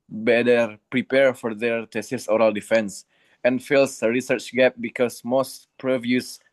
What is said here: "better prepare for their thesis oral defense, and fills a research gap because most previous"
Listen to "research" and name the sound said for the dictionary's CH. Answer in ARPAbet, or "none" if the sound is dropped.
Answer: CH